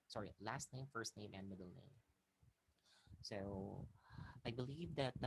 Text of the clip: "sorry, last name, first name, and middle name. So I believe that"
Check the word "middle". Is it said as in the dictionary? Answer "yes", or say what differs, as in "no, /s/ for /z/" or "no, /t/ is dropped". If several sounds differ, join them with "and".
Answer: yes